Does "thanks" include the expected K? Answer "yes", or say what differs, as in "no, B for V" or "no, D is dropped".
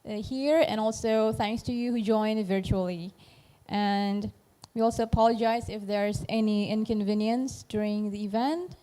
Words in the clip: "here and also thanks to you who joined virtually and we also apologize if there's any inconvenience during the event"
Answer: yes